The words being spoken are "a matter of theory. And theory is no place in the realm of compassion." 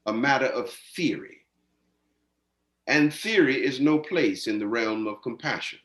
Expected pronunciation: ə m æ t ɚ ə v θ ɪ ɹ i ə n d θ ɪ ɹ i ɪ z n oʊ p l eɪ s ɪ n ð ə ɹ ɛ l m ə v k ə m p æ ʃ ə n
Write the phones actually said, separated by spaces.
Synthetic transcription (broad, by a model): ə m æ t ɚ ə v θ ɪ ɹ i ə n θ ɪ ɹ i ɪ z n oʊ p l eɪ s ɪ n ð ə ɹ ɛ l m ə v k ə m p æ ʃ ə n